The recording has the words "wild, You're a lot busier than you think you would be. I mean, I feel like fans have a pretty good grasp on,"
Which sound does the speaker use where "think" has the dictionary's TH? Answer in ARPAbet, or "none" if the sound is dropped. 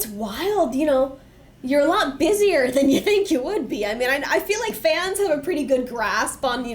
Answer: TH